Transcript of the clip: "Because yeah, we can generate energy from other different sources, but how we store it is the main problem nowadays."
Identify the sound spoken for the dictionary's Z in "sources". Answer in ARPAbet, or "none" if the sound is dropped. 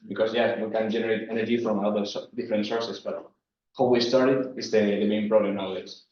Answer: S